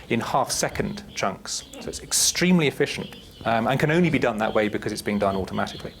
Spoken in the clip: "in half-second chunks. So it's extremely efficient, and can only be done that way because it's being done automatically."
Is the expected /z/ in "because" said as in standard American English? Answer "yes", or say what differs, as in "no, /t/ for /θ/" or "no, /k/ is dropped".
yes